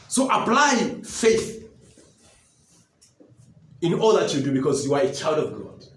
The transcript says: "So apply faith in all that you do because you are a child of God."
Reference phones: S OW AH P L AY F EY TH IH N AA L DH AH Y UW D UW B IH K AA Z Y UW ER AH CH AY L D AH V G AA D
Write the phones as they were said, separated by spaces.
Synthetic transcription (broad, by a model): S OW AH P L AY F EY TH IH N AA L DH AH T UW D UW B IH K AA Z Y UW ER AH CH AY L D AH V G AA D